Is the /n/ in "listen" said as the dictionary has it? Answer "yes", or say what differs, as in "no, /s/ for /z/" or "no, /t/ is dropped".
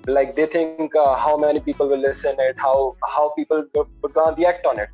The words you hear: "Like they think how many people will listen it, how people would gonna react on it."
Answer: yes